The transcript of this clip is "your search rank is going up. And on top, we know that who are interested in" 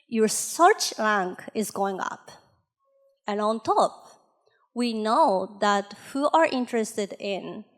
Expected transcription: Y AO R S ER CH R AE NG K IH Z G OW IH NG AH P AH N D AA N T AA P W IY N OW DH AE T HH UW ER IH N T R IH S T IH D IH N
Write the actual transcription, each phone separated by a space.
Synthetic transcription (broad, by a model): Y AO R S ER CH L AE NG K IH Z G OW IH NG AH P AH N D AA N T AA P W IY N OW DH AE T HH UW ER IH N T R IH S T IH D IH N